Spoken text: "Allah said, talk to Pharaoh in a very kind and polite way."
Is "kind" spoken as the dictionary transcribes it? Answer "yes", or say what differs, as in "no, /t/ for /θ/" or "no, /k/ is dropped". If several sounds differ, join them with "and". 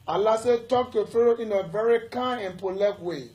no, /d/ is dropped